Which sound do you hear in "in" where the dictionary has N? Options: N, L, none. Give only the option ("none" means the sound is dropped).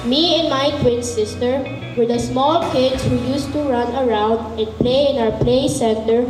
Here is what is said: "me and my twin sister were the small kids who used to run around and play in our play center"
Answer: N